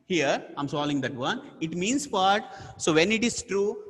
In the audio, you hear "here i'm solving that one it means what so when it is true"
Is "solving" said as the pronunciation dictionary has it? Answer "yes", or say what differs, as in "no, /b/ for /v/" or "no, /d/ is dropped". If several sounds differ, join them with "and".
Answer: no, /v/ is dropped